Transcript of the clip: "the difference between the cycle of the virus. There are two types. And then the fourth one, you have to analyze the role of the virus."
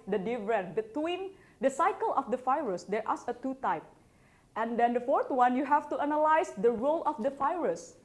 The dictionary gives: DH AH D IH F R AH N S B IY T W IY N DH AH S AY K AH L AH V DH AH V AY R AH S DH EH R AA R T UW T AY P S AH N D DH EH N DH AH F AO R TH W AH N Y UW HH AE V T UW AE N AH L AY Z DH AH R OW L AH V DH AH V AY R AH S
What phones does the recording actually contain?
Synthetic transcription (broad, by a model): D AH D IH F R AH N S B IY T W IY N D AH S AY K AH L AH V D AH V AY R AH S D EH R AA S T UW T AY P AH N D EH N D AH F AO R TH W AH N Y UW HH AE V T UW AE N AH L AY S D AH R OW L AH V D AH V AY R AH S